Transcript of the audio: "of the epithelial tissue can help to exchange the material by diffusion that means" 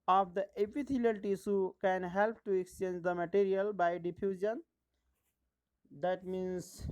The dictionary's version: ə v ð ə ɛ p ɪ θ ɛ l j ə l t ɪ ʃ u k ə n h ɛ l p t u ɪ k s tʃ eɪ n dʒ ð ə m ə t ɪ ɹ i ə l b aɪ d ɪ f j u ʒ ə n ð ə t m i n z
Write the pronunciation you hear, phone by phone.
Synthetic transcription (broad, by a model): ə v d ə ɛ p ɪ t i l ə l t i s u k ə n h ɛ l p t u ɪ k s tʃ eɪ n dʒ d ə m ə t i ɹ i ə l b aɪ d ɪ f j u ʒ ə n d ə t m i n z